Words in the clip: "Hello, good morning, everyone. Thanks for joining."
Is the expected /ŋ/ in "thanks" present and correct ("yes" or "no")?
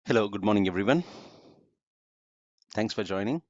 yes